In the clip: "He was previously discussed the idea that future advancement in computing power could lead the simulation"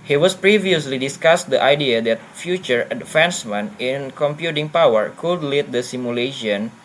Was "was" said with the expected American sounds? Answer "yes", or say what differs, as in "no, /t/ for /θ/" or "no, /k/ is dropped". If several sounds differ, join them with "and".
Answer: no, /s/ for /z/